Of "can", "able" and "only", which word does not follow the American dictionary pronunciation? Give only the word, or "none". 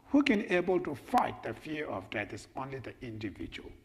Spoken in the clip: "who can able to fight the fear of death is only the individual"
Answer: none